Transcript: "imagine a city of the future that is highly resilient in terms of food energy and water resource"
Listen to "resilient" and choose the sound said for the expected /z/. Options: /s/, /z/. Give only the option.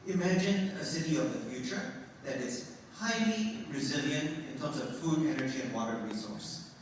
/z/